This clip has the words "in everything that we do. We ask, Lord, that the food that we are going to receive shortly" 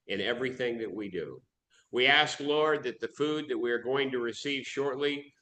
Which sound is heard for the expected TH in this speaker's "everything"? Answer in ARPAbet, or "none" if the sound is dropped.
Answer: TH